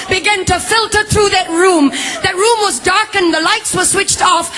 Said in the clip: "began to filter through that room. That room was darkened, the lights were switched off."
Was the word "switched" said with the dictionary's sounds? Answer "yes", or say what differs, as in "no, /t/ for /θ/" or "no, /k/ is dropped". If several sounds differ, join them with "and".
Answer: yes